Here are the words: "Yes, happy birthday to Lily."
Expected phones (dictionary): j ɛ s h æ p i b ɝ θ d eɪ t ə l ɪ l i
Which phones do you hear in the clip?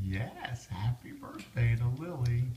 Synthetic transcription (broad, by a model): j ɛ s h æ p i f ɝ s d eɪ t ə l ɪ l i